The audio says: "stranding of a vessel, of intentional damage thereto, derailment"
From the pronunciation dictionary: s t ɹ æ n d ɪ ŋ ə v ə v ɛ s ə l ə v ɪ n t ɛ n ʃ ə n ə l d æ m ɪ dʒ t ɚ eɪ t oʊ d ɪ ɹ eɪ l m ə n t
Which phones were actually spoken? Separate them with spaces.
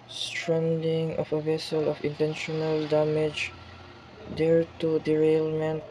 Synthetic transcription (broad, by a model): s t ɹ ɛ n d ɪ ŋ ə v ə v ɛ s ə l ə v ɪ n t ɛ n ʃ ə n ə l d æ m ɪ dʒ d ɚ t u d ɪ ɹ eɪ l m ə n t